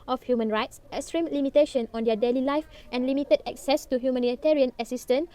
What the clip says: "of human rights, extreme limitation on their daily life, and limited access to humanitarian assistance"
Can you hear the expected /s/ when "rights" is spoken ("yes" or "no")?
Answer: yes